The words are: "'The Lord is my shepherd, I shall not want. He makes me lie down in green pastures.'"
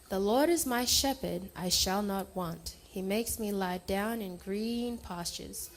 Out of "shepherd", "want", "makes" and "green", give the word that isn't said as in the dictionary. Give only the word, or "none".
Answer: none